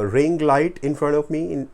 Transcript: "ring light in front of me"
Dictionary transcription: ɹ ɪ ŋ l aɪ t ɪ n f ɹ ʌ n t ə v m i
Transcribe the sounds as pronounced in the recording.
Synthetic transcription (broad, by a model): ɹ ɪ ŋ l aɪ t ɪ n f ɹ ʌ n t ə v m i